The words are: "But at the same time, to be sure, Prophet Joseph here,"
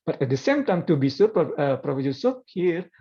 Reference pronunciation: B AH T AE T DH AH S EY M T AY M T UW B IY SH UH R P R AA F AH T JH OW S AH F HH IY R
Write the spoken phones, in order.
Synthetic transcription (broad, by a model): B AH T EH T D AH S EY M T AY M T UW B IY S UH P P R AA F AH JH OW S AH P HH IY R